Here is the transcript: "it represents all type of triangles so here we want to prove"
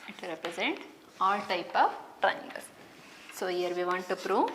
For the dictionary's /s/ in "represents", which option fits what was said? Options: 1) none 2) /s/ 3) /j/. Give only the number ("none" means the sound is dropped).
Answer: 1